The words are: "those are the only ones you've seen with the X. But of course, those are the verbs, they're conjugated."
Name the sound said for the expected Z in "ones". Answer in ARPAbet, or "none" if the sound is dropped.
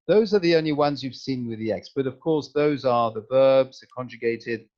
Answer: Z